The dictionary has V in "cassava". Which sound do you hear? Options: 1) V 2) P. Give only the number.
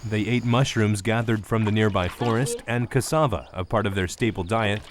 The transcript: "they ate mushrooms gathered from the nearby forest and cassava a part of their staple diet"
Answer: 1